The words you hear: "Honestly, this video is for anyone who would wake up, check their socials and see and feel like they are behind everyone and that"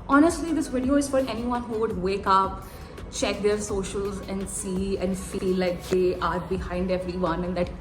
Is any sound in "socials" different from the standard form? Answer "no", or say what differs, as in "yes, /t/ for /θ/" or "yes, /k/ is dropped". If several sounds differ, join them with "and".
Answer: no